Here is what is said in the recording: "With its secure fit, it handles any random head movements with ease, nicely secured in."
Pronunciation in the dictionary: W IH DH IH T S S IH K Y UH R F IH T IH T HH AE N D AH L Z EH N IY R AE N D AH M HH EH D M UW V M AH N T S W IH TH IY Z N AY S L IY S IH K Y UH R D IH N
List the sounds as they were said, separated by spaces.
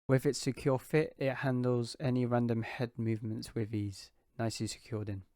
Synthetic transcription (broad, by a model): W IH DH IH T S S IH K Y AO F IH T IH T HH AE N D AH L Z EH N IY R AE N D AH M HH EH D M UW V M AH N T S W IH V IY Z N AY S L IY S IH K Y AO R D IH N